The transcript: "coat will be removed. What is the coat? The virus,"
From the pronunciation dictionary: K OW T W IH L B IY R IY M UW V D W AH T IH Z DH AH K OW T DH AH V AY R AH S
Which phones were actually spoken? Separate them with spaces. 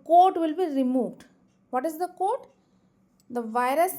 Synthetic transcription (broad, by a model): K OW T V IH L B IY R IY M UW V D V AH T IH Z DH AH K OW T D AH V AY R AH S